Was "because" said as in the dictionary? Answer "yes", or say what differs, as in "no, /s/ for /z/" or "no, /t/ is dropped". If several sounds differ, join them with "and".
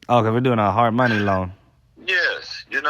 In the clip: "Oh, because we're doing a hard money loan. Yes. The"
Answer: no, /k/ is dropped and /z/ is dropped